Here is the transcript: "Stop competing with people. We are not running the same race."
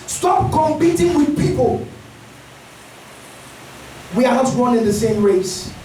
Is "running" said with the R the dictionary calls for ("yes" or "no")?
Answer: no